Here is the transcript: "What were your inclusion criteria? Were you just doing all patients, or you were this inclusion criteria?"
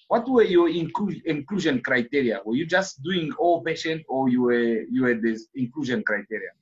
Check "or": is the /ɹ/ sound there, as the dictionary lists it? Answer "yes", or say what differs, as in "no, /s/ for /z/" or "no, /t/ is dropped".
no, /w/ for /ɹ/